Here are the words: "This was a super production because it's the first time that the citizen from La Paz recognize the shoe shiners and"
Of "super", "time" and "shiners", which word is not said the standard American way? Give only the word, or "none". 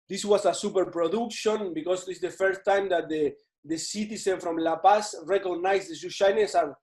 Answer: shiners